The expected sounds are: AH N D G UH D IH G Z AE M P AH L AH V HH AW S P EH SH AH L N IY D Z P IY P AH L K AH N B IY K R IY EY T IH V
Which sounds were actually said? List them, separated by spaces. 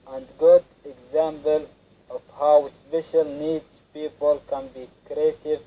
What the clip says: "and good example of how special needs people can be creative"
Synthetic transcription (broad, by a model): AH N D G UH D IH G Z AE M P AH L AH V HH AW S P EH SH AH L N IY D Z P IY P AH L K AH N B IY K R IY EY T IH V